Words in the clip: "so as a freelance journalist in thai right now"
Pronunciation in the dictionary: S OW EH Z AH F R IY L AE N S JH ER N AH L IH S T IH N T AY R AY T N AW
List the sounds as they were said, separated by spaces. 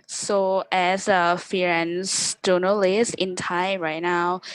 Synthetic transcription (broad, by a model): S OW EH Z AH F IY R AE N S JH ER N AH L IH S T IH N T AY R AY T N AW